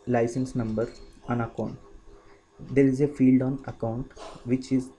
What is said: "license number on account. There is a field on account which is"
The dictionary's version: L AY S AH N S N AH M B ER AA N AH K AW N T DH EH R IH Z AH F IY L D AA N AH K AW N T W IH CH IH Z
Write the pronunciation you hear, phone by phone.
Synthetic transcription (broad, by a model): L AY S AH N S N AH M B ER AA N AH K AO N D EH R IH Z AH F IY L D AA N AH K AW N T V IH CH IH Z